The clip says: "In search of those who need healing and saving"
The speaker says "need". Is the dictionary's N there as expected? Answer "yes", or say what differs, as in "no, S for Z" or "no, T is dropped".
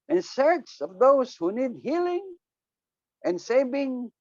yes